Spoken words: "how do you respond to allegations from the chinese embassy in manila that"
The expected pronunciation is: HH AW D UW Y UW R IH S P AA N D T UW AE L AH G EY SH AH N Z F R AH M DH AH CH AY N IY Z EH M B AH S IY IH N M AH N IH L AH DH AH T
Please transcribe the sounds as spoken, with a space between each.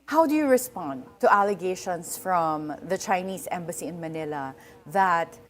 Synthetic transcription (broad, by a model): HH AW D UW Y UW R IH S P AA N D T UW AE L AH G EY SH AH N S F R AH M DH AH CH AY N IY S EH M B AH S IY IH N M AH N IH L AH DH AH T